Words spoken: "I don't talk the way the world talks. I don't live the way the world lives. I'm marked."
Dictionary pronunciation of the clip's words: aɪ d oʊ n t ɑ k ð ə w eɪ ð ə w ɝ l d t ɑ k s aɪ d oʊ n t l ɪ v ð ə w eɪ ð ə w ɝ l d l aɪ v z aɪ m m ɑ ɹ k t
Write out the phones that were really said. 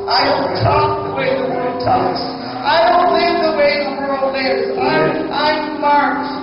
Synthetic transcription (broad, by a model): aɪ d oʊ n t ɑ k ð ə w eɪ ð ə w ɝ l d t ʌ s aɪ d oʊ n t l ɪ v ð ə w eɪ ð ə w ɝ l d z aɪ aɪ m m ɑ ɹ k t